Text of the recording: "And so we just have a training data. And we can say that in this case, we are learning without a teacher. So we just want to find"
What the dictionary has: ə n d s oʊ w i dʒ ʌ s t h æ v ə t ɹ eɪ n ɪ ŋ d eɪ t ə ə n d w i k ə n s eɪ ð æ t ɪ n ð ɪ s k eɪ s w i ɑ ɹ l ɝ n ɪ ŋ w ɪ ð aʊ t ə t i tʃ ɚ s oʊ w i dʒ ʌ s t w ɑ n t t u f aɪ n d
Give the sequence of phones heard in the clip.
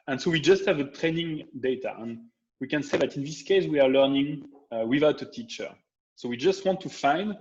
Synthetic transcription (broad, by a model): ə n s oʊ w i dʒ ʌ s t h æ v ə t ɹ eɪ n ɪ ŋ d eɪ t ə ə n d w i k ə n s eɪ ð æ t ɪ n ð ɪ s k eɪ s w i ɑ ɹ l ɝ n ɪ ŋ w ɪ ð aʊ t ə t i tʃ ɚ s oʊ w i dʒ ʌ s t w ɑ n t t u f aɪ n d